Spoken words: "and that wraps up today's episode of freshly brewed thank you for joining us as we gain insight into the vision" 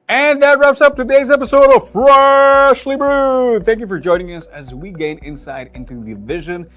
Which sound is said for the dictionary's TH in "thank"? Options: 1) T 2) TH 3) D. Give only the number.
2